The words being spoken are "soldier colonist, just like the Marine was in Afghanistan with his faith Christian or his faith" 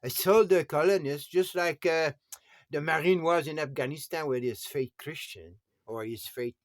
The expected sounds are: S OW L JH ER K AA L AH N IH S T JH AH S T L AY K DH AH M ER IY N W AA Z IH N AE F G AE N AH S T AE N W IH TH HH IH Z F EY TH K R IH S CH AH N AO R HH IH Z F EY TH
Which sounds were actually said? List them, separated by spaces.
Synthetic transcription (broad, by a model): S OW L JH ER K AA L AH N IH S T JH AH S T L AY K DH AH M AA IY N W AA Z IH N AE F G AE N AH S T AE N W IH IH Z F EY T K R IH S CH AH N AO R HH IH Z F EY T